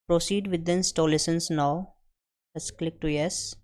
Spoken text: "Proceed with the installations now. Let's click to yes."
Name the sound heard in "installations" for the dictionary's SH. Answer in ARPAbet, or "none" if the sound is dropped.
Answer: S